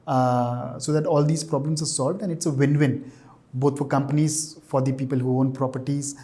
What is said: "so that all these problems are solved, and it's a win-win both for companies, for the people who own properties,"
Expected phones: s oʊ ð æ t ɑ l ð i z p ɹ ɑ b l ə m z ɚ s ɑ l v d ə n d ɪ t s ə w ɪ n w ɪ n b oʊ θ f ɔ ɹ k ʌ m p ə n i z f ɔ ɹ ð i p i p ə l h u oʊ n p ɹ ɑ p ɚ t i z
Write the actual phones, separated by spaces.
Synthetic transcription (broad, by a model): s oʊ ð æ t ɑ l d i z p ɹ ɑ b l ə m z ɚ s ɑ l v d ə n d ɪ t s ə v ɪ n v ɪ n b oʊ t f ɔ ɹ k ʌ m p ə n i z f ɔ ɹ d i p i p ə l h u oʊ n p ɹ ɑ p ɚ t i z